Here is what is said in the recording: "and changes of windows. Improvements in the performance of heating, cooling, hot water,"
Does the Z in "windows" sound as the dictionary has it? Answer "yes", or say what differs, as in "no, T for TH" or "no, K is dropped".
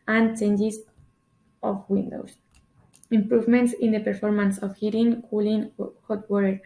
no, S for Z